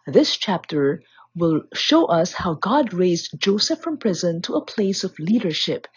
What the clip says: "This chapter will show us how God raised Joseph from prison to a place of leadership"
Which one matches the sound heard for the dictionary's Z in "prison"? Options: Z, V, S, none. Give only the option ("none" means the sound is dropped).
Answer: Z